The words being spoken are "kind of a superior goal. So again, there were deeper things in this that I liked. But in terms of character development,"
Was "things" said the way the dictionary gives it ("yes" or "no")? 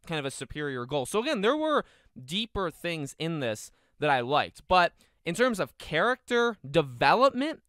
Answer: yes